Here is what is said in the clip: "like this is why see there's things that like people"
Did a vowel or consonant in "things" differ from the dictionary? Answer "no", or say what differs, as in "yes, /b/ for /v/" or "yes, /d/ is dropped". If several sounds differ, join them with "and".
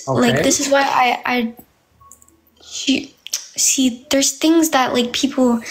no